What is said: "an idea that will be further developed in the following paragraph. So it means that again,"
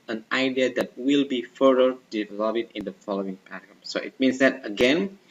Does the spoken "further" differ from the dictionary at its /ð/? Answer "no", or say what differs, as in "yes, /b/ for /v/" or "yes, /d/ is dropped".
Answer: yes, /ð/ is dropped